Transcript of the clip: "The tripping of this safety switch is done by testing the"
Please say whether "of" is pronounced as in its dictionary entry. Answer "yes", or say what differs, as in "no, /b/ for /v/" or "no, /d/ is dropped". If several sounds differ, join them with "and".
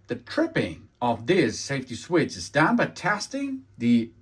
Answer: yes